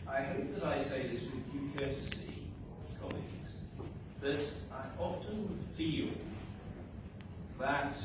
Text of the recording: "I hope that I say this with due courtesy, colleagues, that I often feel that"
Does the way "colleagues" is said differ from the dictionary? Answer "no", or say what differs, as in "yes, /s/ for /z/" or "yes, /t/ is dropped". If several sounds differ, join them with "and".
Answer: no